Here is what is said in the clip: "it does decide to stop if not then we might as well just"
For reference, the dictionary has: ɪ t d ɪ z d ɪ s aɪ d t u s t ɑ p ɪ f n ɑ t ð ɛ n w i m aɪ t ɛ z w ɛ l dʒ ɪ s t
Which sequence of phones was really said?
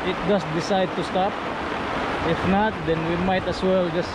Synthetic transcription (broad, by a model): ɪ t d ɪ s d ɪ s aɪ d t u s t ɑ p ɪ f n ɑ t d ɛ n w i m aɪ t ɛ s w ɛ l dʒ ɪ s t